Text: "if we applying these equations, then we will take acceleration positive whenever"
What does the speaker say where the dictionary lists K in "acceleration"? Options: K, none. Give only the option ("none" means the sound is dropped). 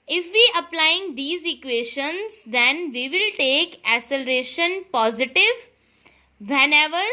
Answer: none